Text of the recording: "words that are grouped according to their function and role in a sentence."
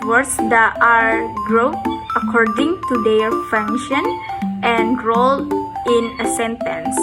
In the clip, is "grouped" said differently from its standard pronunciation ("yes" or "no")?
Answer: yes